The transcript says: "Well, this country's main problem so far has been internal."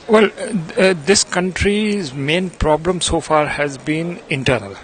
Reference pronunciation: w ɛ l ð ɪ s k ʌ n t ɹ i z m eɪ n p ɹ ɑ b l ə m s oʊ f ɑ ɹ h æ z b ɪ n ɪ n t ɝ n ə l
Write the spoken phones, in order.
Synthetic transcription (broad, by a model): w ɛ l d ɪ s k ʌ n t ɹ i z m eɪ n p ɹ ɑ b l ə m s oʊ f ɑ ɹ h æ z b ɪ n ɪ n t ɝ n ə l